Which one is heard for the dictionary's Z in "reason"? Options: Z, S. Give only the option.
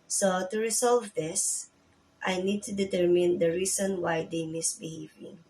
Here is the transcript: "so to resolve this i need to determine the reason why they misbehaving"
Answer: S